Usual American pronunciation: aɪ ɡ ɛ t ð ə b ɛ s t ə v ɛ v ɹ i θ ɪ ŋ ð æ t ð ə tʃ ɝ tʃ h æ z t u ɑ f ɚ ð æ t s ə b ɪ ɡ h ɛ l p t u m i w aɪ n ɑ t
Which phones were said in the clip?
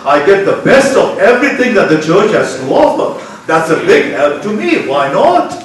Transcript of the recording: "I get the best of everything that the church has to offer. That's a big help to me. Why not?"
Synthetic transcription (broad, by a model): aɪ ɡ ɛ t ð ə b ɛ s t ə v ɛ v ɹ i t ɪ ŋ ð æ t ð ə tʃ ɝ tʃ h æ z t u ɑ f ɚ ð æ t s ə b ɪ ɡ h ɛ l p t u m i w aɪ n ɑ t